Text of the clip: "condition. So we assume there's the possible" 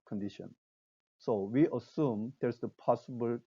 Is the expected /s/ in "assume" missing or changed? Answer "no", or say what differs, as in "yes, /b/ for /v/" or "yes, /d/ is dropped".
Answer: no